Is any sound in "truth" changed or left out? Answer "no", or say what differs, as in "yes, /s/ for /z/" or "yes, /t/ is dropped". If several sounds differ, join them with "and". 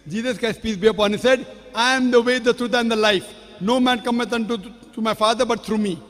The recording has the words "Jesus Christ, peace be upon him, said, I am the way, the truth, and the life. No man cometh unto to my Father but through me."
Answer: yes, /t/ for /θ/